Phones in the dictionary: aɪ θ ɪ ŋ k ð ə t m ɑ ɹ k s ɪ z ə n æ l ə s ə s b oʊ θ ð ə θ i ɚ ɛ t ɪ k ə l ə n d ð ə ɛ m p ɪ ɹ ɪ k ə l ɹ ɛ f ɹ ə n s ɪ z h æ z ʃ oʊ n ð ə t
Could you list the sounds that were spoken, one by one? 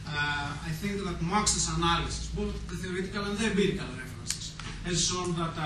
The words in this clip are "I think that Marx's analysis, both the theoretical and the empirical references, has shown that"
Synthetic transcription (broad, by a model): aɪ θ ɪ ŋ k ð ə t m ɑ k s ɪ s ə n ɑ l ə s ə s b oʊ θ ð ə θ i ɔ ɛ t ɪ k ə l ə n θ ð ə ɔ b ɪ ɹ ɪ k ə l ɹ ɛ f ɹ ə n s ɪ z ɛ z s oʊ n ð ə t